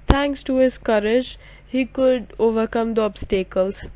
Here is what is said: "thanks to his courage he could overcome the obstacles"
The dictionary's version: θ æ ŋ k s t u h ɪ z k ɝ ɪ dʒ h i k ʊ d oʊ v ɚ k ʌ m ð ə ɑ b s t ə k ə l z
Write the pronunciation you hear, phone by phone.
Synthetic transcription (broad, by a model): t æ ŋ k s t u h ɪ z k ɝ ɪ dʒ h i k ʊ d oʊ v ɚ k ʌ m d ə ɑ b s t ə k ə l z